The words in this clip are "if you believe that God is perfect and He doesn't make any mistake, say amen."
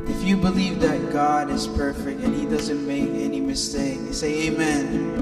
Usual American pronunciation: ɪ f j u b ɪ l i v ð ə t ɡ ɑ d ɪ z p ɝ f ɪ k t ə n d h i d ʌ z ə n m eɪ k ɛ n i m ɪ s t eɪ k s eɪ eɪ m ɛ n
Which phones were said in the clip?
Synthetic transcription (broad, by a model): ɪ f j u b ɪ l i v ð ə t ɡ ɑ d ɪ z p ɝ f ɪ k t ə n h i d ʌ z ə n m eɪ k ɛ n i m ɪ s t eɪ k s eɪ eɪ m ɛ n